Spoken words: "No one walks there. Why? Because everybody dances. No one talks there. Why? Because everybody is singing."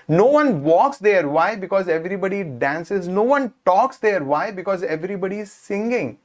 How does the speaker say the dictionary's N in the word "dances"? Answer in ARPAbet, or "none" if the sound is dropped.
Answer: N